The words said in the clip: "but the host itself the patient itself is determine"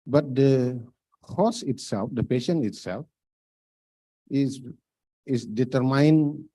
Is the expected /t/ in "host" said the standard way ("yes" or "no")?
no